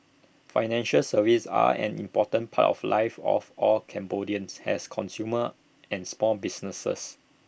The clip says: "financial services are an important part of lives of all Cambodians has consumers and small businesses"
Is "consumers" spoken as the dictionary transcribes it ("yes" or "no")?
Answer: no